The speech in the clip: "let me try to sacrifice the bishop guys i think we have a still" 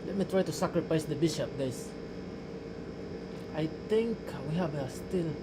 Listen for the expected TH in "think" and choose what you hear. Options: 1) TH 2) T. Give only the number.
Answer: 2